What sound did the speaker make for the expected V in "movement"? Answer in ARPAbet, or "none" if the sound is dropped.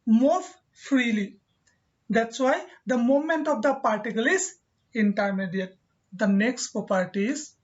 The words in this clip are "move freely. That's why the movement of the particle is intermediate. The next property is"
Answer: none